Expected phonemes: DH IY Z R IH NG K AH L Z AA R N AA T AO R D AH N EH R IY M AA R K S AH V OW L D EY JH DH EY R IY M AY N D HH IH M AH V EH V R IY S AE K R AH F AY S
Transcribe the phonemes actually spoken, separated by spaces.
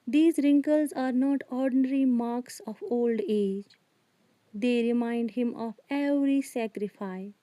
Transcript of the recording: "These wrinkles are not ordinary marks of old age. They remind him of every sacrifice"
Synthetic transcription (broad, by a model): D IY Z R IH NG K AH L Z AA R N AA T AO R D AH N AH R IY M AA R K S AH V OW L D EY JH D EY R IY M AY N D HH IH M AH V EH V R IY S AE K R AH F AY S